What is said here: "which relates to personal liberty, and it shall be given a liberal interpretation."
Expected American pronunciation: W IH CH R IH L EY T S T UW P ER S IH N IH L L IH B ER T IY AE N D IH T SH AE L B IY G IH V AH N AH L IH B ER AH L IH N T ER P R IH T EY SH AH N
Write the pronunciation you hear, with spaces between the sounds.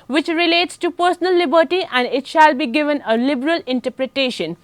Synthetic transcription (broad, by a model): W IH CH R IH L EY T S T UW P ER S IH N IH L L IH B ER T IY AE N D IH T SH AE L B IY G IH V AH N AH L IH B ER AH L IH N T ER P R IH T EY SH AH N